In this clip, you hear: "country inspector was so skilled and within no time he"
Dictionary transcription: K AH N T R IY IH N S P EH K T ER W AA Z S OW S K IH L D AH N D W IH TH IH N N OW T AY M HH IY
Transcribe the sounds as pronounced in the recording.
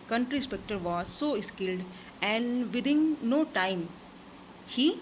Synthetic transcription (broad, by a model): K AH N T R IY S P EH K T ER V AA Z S OW S K IH L D AH N D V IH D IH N N OW T AY M HH IY